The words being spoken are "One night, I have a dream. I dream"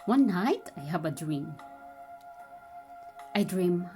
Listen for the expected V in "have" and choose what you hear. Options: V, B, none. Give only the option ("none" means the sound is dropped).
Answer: B